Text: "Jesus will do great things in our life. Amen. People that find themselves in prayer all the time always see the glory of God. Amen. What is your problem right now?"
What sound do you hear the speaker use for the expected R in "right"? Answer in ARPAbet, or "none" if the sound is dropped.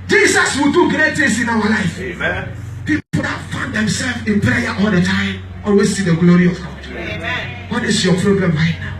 L